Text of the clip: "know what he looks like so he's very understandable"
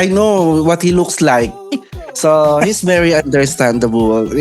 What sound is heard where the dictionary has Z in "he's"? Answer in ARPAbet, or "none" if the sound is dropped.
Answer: S